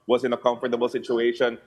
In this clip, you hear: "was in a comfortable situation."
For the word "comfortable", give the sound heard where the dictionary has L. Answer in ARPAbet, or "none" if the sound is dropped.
L